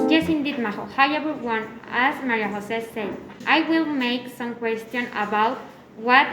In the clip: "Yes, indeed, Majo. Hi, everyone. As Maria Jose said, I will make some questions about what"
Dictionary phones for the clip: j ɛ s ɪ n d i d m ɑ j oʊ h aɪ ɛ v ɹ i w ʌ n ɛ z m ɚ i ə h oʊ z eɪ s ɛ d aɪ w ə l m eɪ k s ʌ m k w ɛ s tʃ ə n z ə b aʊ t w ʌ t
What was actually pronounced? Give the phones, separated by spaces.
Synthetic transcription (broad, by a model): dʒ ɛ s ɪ n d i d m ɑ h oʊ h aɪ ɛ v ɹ w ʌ n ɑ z m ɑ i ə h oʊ s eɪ s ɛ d aɪ w ə l m eɪ k s ʌ m k w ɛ s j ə n ə b aʊ t w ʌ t